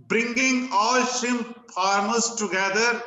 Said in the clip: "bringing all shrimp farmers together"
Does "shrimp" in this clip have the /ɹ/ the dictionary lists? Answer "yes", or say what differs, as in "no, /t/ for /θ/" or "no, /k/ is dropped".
no, /ɹ/ is dropped